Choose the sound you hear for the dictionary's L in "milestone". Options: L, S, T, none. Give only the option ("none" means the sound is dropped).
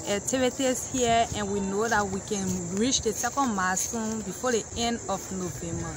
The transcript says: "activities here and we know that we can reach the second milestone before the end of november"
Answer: none